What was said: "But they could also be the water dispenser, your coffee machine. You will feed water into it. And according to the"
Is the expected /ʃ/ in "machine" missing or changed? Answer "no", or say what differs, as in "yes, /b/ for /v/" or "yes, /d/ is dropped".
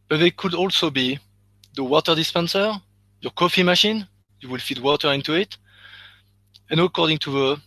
no